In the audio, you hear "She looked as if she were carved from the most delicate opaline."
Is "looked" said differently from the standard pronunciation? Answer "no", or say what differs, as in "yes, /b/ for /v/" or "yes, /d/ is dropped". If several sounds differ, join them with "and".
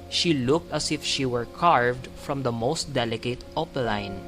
no